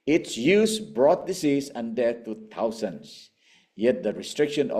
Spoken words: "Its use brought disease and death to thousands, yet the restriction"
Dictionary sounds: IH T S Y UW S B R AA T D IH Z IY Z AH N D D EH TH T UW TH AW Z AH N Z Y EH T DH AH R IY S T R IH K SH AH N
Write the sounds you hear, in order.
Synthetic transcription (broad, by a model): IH T S Y UW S B R AA T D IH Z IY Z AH N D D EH T UW T AW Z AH N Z Y EH T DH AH R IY S T R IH K SH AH N